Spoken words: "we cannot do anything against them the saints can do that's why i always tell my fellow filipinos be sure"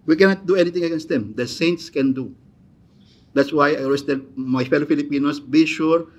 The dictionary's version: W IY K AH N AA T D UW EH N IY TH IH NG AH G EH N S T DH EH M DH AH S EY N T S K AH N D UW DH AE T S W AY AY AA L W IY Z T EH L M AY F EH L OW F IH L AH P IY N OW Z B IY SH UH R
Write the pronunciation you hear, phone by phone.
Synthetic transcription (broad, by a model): W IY K AH N AA T D UW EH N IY T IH NG AH G EH N S T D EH M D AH S EY N T S K AH N D UW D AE T S W AY AY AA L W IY S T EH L M AY F EH L OW F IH L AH P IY N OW S B IY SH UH R